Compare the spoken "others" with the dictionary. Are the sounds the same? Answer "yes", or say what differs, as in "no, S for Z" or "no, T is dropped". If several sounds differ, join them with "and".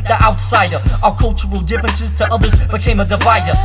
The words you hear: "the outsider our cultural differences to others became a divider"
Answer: yes